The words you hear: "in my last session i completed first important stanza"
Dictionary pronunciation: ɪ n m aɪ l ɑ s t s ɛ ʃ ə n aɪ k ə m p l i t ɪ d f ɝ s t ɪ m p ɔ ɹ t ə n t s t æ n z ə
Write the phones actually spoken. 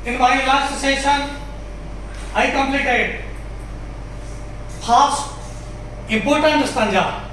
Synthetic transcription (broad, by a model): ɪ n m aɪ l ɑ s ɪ s ɛ ʃ ə n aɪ k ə m p l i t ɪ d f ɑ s ɪ m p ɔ ɹ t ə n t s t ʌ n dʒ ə